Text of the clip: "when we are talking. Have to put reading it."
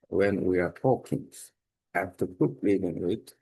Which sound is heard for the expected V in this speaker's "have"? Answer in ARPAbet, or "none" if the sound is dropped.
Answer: F